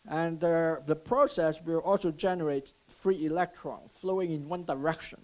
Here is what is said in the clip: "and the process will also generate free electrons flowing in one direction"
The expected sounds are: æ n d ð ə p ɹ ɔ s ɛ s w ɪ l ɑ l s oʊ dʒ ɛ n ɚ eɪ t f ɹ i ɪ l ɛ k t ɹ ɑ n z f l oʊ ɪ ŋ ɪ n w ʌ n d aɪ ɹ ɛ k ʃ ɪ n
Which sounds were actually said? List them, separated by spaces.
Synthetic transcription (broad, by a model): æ n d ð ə p ɹ ɔ s ɛ s w ɪ l ɑ l s oʊ dʒ ɛ n ɚ eɪ t f ɹ i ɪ l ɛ k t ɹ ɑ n f l oʊ ɪ ŋ ɪ n w ʌ n d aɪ ɹ ɛ k ʃ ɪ n